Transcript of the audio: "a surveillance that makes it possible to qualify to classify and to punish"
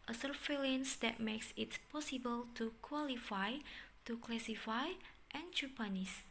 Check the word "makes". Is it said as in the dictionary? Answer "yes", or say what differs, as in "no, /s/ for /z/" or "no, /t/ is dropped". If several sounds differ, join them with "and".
yes